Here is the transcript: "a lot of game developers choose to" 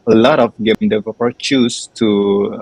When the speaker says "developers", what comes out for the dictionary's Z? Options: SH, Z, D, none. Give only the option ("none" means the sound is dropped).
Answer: none